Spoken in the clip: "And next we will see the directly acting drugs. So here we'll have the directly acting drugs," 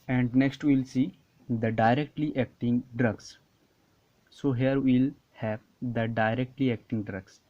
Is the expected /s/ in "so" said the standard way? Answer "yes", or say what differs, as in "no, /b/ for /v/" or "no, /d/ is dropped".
yes